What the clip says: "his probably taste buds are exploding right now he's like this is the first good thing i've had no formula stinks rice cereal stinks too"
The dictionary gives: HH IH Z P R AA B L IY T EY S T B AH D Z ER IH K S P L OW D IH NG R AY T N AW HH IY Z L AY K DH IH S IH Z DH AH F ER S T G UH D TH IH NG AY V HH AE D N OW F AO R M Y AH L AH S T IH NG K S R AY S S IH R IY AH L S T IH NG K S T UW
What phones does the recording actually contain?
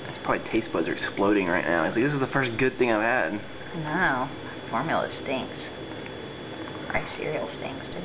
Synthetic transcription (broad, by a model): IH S P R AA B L IY T EY S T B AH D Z ER IH K S P L OW D IH NG R AY T N AW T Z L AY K DH IH S IH Z DH AH F ER S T G UH D TH IH NG AY V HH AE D N OW F AO R M Y L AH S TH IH NG S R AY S S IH R IY L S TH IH NG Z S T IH